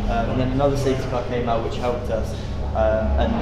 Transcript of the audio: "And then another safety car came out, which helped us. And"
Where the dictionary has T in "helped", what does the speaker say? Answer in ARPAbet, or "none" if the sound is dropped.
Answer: T